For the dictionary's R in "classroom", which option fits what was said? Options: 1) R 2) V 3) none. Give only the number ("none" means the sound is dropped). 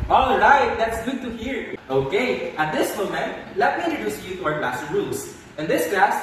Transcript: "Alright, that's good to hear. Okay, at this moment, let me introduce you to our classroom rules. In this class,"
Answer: 3